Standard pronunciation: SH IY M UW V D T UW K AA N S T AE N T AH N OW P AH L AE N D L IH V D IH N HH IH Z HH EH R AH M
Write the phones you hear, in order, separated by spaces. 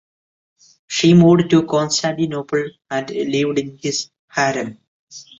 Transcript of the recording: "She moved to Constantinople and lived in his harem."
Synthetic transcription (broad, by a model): SH IY M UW D T UW K AA N S T AE N T AH N OW P AH L AE N D L IH V D IH N HH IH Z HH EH R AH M